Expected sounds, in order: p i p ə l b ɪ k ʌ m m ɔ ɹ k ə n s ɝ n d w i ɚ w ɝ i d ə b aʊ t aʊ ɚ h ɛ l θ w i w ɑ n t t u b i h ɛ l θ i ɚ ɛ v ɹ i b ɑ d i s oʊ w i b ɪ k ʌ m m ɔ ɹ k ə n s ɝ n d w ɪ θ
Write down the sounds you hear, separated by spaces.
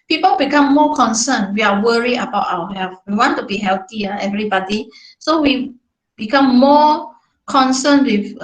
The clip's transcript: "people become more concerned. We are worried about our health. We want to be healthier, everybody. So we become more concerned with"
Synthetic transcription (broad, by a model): p i p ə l b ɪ k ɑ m m ɔ k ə n s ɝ n w i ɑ w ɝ i ə b aʊ t aʊ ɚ h ɛ l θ w i w ɑ n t t u b i h ɛ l t i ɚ ɛ v ɹ i b ɑ d i s oʊ w i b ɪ k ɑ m m ɔ k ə n s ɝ n w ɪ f